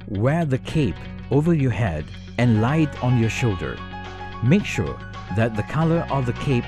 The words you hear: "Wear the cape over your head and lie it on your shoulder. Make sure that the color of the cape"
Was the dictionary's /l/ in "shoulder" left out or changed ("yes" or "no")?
no